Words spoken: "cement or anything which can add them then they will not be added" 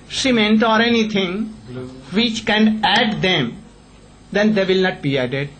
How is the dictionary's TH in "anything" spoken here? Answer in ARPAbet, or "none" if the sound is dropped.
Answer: T